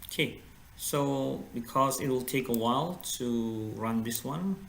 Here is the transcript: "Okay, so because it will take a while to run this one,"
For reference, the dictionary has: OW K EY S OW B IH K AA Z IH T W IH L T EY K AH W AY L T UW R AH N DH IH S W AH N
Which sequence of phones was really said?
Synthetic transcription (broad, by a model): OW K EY S OW B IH K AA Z IH T W IH L T EY K AH W AY L T UW R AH N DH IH S W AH N